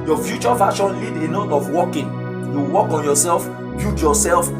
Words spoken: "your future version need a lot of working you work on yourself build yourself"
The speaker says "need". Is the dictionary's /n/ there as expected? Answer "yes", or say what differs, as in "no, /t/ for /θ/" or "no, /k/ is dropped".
no, /l/ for /n/